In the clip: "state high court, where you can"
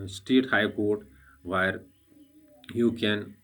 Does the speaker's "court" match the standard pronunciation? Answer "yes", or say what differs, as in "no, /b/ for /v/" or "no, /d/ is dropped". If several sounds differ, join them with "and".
yes